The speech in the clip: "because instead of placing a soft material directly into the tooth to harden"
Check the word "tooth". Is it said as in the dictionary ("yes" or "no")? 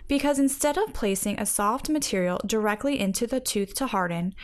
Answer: yes